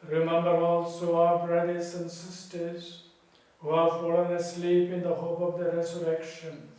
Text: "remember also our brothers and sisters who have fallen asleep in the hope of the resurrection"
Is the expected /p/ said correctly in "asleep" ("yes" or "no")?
yes